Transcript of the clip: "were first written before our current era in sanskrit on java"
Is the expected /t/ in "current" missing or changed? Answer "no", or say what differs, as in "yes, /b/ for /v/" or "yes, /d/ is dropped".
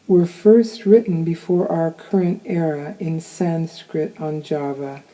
no